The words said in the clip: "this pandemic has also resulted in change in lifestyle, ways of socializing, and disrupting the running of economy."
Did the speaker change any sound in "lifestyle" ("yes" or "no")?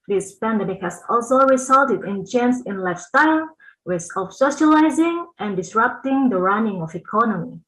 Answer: no